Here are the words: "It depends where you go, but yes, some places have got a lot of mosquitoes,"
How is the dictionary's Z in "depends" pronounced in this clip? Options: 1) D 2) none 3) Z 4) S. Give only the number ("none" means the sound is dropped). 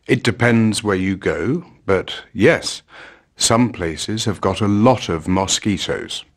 3